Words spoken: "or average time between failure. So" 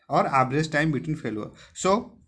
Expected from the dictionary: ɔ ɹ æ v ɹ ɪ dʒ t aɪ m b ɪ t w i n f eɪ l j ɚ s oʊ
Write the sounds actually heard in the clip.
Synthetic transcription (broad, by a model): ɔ ɹ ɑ b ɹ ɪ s t aɪ m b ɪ t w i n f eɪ l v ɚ s oʊ